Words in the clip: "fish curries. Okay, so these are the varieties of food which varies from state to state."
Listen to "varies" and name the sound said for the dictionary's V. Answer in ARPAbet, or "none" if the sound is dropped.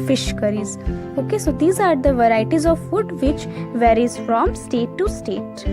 V